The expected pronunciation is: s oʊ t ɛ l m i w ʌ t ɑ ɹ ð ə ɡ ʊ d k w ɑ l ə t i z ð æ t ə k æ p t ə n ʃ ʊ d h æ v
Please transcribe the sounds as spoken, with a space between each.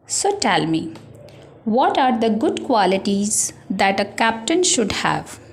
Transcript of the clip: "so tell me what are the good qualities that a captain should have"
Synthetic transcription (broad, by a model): s oʊ t ɛ l m i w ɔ t ɑ ɹ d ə ɡ ʊ d k w ɑ l ə t i z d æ t ə k æ p t ə n ʃ ʊ d h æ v